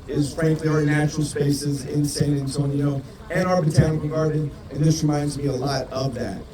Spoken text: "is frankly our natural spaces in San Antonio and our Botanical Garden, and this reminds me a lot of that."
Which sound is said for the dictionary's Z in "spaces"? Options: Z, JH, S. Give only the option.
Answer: Z